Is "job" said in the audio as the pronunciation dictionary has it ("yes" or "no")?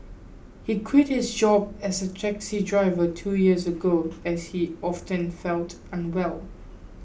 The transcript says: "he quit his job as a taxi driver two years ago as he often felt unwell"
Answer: yes